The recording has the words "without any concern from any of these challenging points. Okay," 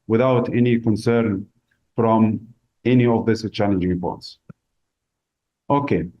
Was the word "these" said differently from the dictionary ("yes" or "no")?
yes